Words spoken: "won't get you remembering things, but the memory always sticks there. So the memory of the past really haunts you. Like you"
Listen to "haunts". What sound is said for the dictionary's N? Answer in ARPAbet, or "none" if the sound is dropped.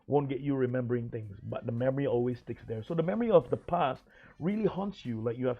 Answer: N